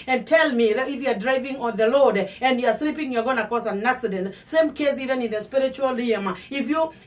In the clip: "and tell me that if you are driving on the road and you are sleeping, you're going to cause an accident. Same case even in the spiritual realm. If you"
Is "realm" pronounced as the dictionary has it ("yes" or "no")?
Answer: no